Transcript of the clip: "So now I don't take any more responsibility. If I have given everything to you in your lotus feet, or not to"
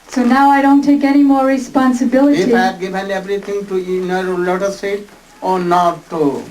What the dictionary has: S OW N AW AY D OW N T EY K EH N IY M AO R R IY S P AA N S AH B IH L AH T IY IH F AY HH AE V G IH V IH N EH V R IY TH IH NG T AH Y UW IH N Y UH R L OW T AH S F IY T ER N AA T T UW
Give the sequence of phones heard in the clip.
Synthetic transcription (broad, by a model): S OW N AW AY D OW N T EY K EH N IY M AO R R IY S P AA N S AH B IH L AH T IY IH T G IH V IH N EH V R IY T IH NG T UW IH N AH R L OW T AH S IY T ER N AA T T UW